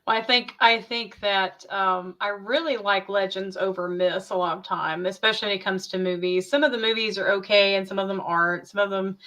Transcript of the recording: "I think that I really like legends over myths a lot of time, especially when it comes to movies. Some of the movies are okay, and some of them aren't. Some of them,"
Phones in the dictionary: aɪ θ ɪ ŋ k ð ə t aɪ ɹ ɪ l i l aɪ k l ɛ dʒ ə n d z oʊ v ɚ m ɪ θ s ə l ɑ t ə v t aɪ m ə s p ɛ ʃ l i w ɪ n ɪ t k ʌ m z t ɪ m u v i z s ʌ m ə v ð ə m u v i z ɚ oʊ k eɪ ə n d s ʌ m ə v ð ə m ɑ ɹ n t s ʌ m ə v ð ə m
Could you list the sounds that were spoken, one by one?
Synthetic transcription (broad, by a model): aɪ θ ɪ ŋ k ð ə t aɪ ɹ ɪ l i l aɪ k l ɛ dʒ ə n d z oʊ v ɚ m ɪ s ə l ɑ t ə v t aɪ m ə s p ɛ ʃ l i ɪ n ɪ t k ʌ m z t ɪ m u v i z s ʌ m ə v ð ə m u v i z ɚ oʊ k eɪ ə n s ʌ m ə v ð ə m ɑ ɹ n t s ʌ m ə v ð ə m